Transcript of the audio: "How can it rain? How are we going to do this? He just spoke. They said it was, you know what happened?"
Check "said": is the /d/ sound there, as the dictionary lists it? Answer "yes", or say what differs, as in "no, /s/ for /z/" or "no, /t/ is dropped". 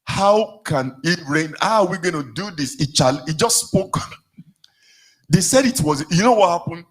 yes